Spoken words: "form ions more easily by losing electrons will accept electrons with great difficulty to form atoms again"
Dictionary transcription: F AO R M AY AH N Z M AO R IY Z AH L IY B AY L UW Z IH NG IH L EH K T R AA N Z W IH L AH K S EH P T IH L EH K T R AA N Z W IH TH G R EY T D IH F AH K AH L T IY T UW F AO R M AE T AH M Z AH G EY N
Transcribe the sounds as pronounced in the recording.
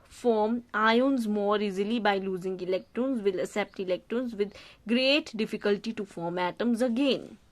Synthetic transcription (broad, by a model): F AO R M AY AH N Z M AO R IY Z AH L IY B AY L UW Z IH NG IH L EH K T R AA N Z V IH L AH S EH P T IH L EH K T R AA N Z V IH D G R EY T D IH F AH K AH L T IY T UW F AO R M AE T AH M Z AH G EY N